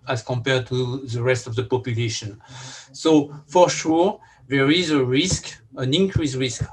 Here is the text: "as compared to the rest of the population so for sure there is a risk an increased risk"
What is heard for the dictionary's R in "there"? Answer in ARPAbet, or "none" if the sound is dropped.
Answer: R